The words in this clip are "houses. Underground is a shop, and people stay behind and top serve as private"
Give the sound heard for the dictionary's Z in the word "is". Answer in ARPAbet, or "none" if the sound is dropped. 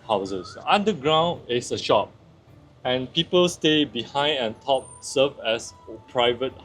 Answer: S